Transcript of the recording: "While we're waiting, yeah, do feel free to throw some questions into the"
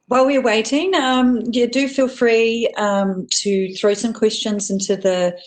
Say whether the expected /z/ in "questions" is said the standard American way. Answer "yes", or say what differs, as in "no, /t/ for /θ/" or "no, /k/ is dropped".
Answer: yes